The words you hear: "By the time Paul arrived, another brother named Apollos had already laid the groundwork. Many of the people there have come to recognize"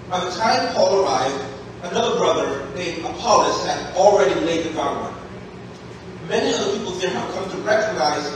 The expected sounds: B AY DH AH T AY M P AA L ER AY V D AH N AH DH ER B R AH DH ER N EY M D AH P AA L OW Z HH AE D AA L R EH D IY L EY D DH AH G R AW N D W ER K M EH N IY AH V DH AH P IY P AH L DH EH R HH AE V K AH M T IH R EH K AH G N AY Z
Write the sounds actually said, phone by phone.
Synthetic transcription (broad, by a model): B AY DH AH T AY M P AA L ER AY V D AH N AH DH ER B R AH DH ER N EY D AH P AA L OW S HH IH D L R EH D IY L EY D DH AH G AW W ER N M EH N IY AH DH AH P IY P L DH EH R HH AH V K AH M T IH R EH K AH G N AY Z